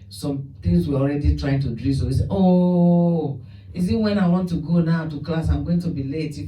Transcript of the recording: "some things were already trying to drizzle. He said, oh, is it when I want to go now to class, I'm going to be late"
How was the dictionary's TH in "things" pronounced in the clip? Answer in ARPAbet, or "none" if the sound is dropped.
T